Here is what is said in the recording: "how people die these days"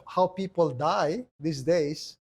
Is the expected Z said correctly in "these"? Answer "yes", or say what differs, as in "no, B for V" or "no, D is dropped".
no, S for Z